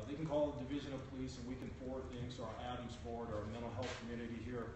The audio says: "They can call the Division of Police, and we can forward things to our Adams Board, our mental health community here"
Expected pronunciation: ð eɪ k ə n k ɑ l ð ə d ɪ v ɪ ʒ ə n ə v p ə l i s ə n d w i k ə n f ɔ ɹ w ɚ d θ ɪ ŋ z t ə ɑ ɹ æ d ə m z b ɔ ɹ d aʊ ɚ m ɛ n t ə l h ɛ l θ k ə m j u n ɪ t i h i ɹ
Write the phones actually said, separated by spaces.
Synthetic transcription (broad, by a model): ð eɪ k n k ɑ l ð ə d ɪ v ɪ ʒ ə n ə v p ə l i s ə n w i k ə n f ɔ ɹ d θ ɪ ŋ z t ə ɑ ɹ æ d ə m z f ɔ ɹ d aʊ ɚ m ɛ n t l h ɛ l θ k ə m j u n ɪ t i h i ɹ